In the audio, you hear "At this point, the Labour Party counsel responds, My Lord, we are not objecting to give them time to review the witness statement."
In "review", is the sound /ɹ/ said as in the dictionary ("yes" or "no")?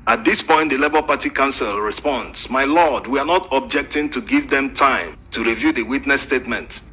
yes